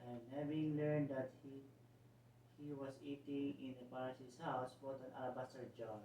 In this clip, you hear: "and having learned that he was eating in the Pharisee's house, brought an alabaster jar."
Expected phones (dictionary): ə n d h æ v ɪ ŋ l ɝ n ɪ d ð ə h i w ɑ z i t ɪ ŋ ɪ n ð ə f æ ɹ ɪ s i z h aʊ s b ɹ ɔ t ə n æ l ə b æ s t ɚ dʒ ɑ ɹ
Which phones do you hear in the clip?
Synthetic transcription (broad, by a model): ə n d h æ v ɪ ŋ l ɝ n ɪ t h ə h i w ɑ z i t ɪ ŋ ɪ n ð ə p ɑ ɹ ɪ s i s h aʊ s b ɔ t ə n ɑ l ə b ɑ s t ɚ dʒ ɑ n